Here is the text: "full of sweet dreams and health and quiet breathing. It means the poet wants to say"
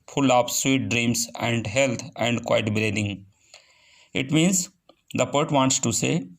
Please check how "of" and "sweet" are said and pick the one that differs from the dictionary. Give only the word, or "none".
of